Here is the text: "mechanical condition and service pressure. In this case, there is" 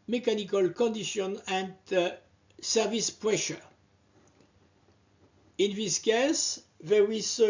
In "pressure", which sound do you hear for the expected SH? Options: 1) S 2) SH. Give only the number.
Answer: 2